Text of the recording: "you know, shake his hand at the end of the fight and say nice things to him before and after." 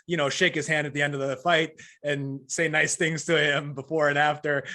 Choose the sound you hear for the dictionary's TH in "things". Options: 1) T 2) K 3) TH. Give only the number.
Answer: 3